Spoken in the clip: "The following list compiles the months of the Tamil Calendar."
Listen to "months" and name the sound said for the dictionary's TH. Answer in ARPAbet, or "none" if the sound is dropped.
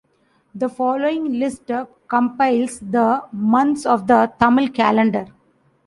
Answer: T